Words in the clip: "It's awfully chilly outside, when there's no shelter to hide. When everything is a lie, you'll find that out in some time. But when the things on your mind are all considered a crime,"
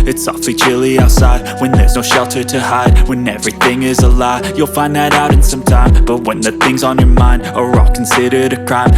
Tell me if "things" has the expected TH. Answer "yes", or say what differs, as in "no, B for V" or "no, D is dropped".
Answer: yes